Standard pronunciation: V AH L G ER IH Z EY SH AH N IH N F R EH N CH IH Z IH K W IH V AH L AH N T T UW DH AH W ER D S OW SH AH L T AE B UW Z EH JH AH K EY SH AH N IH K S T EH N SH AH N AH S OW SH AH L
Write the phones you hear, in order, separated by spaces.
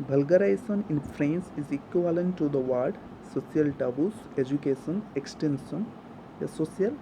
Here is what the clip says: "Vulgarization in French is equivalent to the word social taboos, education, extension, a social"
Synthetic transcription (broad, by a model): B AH L G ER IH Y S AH N IH N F R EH N S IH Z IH K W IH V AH L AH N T T UW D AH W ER D S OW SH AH L T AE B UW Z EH JH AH K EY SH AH N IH K S T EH N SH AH N AH S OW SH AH L